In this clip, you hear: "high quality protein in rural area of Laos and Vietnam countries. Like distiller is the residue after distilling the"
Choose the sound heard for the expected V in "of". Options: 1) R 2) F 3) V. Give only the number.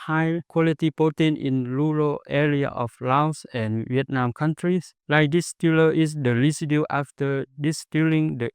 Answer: 2